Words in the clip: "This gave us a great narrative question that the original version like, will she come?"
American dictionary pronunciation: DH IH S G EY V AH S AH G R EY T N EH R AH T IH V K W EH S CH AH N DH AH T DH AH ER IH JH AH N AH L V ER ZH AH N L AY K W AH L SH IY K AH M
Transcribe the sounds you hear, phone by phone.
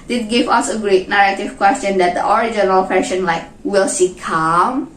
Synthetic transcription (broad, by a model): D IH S G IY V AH S AH G R EY T N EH R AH T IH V K W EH S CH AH N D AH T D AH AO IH JH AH N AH L F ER SH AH N L AY K W AH L S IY K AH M